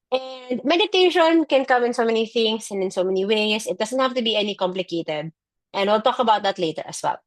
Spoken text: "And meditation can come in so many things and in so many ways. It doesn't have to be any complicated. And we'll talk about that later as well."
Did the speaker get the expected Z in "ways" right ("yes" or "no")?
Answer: no